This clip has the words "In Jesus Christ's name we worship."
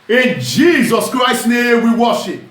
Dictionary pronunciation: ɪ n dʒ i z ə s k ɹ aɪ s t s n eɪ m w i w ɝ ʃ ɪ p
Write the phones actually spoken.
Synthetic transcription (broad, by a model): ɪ n dʒ i z ə s k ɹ aɪ s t n eɪ m w i w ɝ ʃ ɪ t